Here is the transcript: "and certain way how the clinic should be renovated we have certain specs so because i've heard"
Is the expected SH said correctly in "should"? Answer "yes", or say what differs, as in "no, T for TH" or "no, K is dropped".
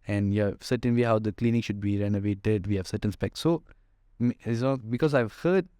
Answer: yes